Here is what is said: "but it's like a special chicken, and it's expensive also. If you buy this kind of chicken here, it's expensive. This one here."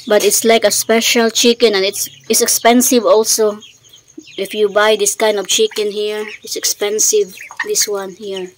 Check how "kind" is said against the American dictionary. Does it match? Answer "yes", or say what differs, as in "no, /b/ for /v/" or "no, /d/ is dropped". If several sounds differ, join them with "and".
yes